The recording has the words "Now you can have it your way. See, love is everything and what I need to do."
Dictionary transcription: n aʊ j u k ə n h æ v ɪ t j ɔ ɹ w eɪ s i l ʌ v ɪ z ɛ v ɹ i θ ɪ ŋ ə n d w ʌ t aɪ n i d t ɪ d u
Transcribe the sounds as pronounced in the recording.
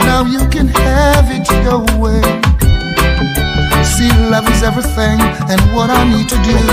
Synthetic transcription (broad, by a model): n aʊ j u k ə n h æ v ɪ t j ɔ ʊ w eɪ s i l ʌ v ɪ z ɛ v ɹ i θ ɪ ŋ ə n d w ʌ t aɪ n i d t ɪ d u